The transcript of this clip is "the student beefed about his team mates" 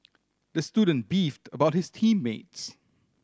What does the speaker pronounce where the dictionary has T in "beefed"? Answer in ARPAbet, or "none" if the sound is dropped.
T